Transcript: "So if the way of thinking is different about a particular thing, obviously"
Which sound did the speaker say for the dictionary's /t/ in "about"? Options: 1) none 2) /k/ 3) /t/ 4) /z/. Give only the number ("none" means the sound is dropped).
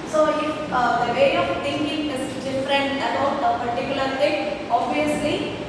1